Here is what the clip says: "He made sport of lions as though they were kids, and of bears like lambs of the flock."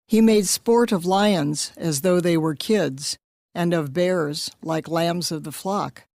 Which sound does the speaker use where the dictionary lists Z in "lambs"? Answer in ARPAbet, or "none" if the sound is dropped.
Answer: Z